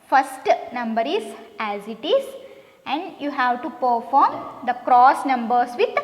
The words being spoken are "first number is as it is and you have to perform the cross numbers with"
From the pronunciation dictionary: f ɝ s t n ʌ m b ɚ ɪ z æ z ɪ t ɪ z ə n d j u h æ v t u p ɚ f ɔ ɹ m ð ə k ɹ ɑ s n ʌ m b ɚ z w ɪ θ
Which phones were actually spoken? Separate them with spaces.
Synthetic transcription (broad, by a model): f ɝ s t n ʌ m b ɚ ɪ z æ z ɪ t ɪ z ə n d j u h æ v t u p ɚ f ɔ ɹ m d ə k ɹ ɑ s n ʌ m b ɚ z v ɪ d